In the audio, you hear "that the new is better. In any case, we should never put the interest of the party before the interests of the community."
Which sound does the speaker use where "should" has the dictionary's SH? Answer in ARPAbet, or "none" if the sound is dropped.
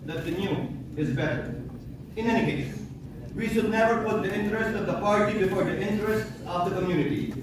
SH